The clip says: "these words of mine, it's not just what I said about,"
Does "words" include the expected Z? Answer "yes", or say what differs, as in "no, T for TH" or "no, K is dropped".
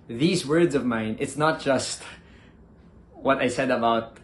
yes